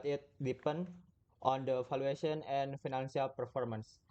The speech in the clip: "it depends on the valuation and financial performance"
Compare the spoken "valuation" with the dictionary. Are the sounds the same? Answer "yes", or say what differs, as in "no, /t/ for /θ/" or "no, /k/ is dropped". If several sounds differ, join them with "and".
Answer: no, /f/ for /v/